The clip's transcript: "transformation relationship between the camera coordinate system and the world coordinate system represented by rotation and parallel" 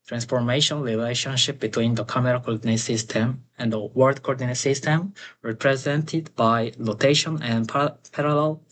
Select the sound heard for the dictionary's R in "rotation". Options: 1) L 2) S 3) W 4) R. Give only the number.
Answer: 1